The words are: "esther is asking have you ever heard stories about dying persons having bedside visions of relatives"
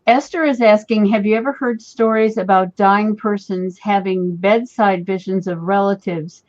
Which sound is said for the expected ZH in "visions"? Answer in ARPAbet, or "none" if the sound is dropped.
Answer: ZH